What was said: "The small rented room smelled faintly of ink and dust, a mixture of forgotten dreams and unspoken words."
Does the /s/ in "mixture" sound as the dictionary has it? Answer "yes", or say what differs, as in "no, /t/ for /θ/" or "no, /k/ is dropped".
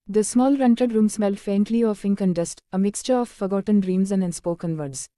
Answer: yes